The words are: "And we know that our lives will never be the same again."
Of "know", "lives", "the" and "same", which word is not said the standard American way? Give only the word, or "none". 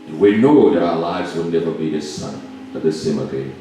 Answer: none